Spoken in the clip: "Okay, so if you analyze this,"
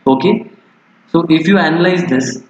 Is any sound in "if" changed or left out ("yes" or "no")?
no